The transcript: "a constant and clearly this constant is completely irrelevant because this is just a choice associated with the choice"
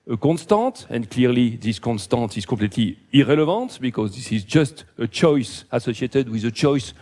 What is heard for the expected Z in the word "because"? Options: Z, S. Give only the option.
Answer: Z